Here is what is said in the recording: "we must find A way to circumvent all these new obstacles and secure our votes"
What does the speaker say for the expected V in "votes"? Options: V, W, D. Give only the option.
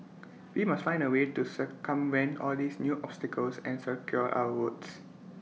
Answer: W